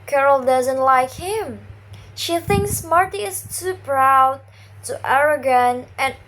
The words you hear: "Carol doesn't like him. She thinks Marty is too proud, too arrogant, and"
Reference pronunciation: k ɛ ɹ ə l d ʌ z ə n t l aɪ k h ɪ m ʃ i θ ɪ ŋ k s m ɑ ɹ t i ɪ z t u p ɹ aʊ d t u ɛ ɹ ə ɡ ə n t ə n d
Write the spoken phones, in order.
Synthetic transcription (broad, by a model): k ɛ ɹ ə l d ʌ z ə n t l aɪ k h ɪ m ʃ i θ ɪ ŋ k s m ɑ ɹ t i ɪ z t u p ɹ aʊ d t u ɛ ɹ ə ɡ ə n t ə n